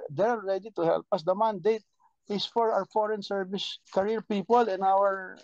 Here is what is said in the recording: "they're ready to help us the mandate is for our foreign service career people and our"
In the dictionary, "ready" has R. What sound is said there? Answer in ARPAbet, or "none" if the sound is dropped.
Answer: R